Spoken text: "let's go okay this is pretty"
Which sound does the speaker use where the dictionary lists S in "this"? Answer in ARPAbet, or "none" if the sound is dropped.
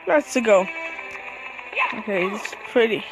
none